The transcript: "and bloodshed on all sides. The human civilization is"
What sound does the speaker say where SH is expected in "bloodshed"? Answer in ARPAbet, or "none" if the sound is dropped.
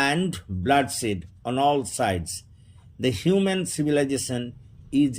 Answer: S